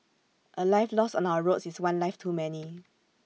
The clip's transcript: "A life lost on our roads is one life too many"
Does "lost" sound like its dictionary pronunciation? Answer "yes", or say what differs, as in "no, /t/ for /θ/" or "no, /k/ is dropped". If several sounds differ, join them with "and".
no, /t/ is dropped